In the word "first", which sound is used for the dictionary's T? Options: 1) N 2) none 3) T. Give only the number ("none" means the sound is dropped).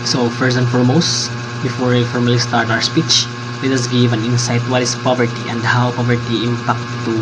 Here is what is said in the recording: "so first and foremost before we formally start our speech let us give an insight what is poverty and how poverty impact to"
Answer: 2